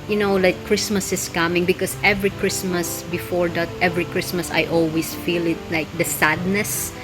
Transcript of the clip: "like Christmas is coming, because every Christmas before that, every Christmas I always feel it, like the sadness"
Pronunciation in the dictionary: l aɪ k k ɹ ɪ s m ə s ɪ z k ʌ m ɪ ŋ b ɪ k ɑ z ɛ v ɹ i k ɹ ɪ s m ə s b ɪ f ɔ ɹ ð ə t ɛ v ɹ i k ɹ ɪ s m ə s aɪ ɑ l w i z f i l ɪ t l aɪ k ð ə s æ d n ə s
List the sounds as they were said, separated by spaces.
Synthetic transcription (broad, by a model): l aɪ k k ɹ ɪ s m ə s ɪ s k ʌ m ɪ ŋ b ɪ k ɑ s ɛ v ɹ i k ɹ ɪ s m ə s b ɪ f ɔ ɹ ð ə t ɛ v ɹ i k ɹ ɪ s m ə s aɪ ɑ l w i s f i l ɪ t l aɪ k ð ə s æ d n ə s